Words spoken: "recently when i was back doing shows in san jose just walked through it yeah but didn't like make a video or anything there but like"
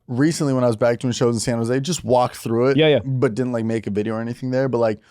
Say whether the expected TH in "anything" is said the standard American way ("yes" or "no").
yes